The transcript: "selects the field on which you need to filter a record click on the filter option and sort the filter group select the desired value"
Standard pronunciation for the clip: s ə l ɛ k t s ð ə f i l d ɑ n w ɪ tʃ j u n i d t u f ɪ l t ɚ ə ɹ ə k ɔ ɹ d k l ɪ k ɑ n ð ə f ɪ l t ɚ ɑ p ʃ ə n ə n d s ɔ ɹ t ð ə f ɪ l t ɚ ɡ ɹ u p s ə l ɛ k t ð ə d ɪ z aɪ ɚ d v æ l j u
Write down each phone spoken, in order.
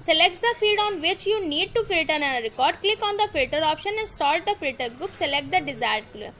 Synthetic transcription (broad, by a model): s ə l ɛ k t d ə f i d ɑ n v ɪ tʃ j u n i d t u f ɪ l t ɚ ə ɹ ə k ɔ ɹ d k l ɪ k ɑ n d ə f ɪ l t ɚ ɑ p ʃ ə n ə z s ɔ l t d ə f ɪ l t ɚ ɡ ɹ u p s ə l ɛ k t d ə d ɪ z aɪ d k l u